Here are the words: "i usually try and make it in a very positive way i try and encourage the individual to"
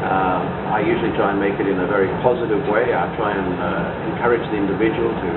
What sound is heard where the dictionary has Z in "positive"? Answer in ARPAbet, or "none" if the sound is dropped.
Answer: Z